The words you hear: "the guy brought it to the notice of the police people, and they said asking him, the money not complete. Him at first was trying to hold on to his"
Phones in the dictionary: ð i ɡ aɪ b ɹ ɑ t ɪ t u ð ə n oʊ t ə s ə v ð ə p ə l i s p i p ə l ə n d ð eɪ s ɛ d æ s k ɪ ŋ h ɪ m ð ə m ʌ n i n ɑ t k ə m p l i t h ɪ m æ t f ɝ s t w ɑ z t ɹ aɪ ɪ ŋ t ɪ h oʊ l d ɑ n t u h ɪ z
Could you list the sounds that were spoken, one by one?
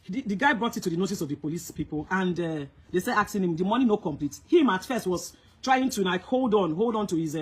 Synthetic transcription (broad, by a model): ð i ɡ aɪ b ɹ ɑ t ɪ t u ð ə n oʊ t ə s ə v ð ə p ə l i s p i p ə l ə n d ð eɪ s ɛ d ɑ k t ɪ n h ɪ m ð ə m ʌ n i n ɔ k ə m p l i t h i m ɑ t f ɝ s t w ɑ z t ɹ aɪ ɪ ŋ t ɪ h oʊ l d ɑ n t u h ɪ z